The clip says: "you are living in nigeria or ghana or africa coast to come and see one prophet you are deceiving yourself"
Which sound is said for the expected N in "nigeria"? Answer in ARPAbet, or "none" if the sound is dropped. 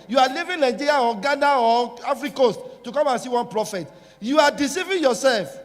L